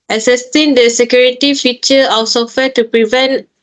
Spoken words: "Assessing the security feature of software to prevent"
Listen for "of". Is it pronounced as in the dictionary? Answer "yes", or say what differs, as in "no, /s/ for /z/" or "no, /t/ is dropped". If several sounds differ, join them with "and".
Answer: no, /w/ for /v/